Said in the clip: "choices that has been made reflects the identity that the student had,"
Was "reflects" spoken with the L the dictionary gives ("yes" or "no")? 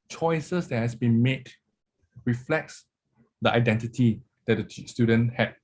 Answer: yes